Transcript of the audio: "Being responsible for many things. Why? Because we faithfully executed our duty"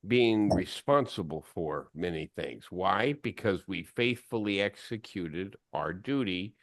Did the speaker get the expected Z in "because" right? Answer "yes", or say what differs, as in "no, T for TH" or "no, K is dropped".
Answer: yes